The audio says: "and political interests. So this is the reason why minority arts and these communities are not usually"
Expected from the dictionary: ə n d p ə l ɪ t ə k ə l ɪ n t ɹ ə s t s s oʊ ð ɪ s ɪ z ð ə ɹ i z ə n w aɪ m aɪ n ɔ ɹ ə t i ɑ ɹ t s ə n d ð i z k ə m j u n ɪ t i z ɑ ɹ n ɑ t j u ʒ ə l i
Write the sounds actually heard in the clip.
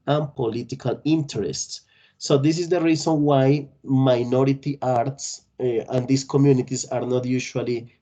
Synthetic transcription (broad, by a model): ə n p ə l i t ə k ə l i n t ɹ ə s t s s oʊ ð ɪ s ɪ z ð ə ɹ i s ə n w aɪ m aɪ n ɔ ɹ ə t i ɑ ɹ t s ə n d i s k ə m j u n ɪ t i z ɑ ɹ n ɑ t j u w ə l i